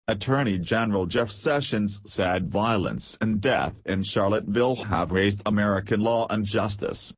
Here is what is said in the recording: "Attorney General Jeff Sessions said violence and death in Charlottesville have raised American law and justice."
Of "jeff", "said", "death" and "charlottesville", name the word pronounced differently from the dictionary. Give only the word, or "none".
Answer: charlottesville